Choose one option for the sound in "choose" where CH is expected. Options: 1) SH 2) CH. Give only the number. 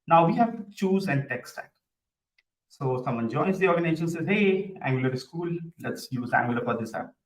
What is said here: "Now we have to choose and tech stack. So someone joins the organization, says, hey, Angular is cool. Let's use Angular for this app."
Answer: 2